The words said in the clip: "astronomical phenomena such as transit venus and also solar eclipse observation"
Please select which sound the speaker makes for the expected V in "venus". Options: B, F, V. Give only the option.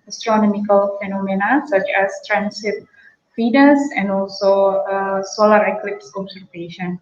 F